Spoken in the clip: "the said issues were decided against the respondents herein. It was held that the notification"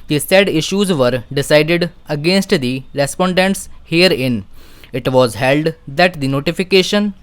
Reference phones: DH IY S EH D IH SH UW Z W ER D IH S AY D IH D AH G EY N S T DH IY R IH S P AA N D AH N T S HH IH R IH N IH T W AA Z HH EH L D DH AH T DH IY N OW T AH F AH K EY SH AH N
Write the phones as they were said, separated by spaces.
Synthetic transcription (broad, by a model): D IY S EH D IH SH UW Z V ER D IH S AY D IH D AH G EY N S T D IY R IH S P AA N D AH N T S HH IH R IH N IH T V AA Z HH EH L D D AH T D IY N OW T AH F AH K EY SH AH N